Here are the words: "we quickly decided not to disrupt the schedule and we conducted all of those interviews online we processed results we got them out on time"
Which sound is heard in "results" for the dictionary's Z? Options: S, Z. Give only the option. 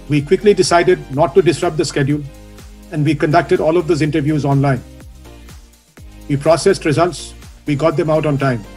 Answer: Z